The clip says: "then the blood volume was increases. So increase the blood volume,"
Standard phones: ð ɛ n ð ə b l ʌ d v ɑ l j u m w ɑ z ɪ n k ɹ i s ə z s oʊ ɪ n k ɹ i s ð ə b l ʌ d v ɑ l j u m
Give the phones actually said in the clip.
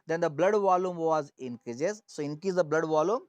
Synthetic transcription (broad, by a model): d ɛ n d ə b l ʌ d v ɑ l j u m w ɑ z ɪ n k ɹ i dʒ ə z s oʊ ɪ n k i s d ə b l ʌ d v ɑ l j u m